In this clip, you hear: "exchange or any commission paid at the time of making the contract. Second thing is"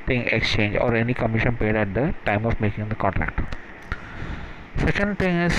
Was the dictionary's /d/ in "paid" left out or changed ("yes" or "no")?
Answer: no